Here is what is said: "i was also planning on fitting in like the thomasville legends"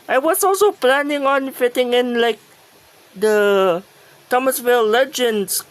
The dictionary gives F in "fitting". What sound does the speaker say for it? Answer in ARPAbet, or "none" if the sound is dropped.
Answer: F